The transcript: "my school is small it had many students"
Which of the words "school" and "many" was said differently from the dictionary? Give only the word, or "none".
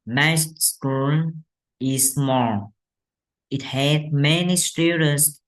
school